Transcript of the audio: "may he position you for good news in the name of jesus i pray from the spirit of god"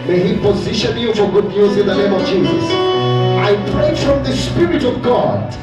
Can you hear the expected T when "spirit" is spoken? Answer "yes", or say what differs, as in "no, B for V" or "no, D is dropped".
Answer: yes